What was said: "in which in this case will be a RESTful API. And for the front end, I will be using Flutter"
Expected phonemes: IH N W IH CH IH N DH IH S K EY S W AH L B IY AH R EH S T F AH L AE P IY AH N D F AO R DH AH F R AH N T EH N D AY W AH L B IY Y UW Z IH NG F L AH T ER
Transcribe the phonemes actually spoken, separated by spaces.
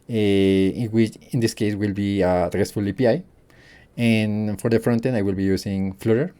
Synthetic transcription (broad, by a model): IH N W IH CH IH N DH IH S K EY S W AH L B IY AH R EH S T F AH L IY P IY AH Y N F AO R DH AH F R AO N T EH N AY W AH L B IY Y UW S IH NG F L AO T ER